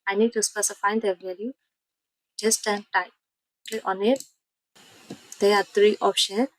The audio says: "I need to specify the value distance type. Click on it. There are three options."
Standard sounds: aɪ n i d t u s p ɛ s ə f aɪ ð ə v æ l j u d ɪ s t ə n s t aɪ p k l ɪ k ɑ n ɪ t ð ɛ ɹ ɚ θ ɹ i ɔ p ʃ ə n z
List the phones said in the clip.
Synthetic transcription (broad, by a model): aɪ n i d t u s p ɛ s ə f aɪ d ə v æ l j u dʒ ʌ s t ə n t aɪ p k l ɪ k ɑ n ɪ t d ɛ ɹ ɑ t ɹ i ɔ p ʃ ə n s